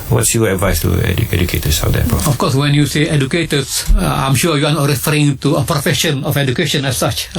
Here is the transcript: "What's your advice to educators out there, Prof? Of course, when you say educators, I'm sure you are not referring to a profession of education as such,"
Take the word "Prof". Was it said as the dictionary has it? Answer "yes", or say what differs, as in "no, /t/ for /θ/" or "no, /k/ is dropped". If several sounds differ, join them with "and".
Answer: no, /ɹ/ is dropped and /f/ is dropped